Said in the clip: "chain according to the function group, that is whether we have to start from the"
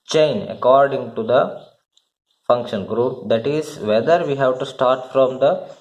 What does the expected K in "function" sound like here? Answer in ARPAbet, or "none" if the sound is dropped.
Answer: K